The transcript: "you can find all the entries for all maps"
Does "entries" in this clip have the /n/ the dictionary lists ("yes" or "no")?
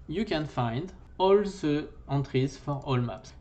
no